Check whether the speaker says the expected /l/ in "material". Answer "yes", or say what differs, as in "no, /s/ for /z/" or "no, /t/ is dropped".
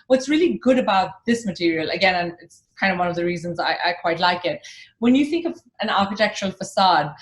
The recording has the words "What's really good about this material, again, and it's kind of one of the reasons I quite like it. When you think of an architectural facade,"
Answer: yes